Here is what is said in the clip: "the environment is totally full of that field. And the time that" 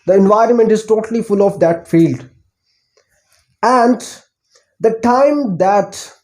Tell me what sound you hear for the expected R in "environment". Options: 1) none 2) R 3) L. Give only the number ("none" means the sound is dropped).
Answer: 2